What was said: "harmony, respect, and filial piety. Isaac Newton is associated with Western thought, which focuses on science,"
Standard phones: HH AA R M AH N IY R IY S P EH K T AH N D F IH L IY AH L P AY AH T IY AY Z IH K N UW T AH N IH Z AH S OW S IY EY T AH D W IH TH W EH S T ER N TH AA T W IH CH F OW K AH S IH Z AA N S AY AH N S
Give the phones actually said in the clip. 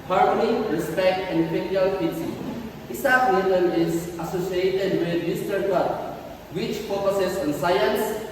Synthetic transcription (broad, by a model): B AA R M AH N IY R IY S P EH K T AH N D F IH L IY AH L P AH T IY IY S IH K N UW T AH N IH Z AH S OW S IY EY T AH D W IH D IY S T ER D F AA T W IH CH P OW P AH S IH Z AA N S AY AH N S